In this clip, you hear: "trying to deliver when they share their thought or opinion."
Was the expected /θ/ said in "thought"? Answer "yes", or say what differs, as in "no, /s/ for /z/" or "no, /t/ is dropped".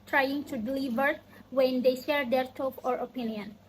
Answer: no, /t/ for /θ/